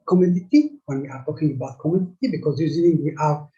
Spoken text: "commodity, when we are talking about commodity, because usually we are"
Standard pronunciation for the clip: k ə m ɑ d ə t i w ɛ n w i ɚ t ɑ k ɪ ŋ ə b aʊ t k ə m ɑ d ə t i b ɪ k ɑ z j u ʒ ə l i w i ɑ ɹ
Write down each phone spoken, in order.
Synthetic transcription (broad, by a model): k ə m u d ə t i w ɛ n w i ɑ t ɑ k ɪ ŋ ə b aʊ t k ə m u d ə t i b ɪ k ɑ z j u z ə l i w i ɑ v